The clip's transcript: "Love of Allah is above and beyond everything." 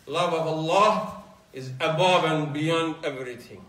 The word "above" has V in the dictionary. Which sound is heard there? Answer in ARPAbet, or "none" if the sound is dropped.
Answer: V